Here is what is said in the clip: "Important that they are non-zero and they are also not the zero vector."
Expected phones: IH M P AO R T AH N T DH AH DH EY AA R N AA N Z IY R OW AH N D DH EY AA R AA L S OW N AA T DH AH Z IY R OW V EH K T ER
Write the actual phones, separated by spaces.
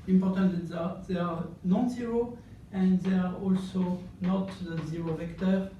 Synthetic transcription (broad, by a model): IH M P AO R T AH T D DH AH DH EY AA R N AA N Z IY R OW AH N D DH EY AA R AA L S OW N AA T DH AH Z IY R OW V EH K T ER